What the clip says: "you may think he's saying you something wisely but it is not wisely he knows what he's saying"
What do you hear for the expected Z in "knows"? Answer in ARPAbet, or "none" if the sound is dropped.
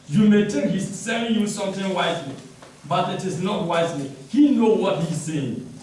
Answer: none